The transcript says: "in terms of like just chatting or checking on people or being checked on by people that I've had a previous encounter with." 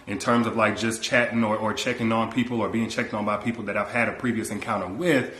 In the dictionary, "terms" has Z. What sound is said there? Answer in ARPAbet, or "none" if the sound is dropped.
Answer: Z